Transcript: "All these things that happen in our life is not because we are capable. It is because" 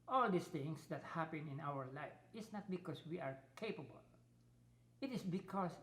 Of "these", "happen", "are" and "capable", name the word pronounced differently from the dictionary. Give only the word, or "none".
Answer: these